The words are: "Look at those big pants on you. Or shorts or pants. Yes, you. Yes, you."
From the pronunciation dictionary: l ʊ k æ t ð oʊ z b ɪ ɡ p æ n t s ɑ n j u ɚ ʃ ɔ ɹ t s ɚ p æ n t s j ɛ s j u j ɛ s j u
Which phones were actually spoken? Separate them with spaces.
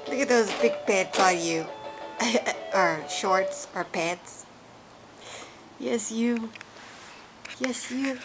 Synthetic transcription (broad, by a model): l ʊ k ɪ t ð oʊ z b ɪ ɡ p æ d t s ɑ l j u ɚ ʃ ɔ ɹ t s ɚ p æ t s j ɛ s j u j ɛ s j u